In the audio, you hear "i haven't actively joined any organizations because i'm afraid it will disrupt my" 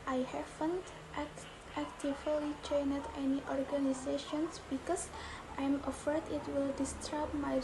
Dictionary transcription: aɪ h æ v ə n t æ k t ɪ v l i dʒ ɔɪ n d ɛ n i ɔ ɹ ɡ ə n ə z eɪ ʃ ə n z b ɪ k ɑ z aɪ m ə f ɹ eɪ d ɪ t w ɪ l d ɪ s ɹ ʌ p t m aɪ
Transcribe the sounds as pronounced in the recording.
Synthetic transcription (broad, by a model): aɪ h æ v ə n t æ k t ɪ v l i tʃ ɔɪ n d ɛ n i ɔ ɹ ɡ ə n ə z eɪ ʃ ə n s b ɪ k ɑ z aɪ m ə f eɪ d ɪ t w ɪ l d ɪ s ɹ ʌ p m aɪ